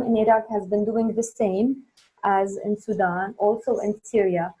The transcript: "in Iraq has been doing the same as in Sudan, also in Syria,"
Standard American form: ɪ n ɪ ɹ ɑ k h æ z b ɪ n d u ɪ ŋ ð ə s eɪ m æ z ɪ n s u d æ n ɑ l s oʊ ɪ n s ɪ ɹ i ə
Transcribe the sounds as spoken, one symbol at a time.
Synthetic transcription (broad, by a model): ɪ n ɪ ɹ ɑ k h æ z b ɪ n d u ɪ ŋ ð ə s eɪ m æ z ɪ n s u d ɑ n ɑ l s oʊ ɪ n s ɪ ɹ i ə